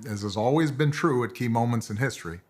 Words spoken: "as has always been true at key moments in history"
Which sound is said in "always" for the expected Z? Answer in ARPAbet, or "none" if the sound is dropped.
Z